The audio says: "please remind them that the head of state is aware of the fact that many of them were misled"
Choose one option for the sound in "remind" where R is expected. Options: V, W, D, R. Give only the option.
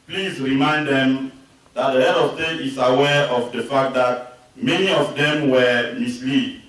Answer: R